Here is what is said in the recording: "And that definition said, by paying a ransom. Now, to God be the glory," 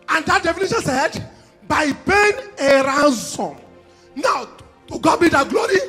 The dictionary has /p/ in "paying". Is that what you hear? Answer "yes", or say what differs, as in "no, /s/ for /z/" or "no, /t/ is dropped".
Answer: no, /b/ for /p/